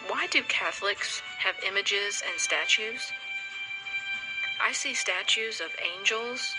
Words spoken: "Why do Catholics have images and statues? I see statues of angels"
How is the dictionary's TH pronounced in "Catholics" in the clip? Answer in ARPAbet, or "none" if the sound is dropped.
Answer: TH